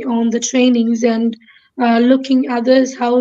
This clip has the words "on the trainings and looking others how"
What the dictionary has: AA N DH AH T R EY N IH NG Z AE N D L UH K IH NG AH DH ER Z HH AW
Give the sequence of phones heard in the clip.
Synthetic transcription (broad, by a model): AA N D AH T R EY N IH NG Z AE N D L UH K IH NG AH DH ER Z HH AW